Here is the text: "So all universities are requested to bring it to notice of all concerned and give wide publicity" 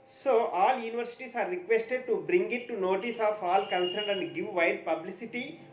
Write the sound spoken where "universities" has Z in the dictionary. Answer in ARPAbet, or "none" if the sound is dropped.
S